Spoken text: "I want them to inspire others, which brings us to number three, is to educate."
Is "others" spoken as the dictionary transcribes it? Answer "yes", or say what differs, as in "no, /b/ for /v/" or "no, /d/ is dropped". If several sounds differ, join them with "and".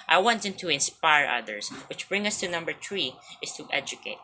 no, /s/ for /z/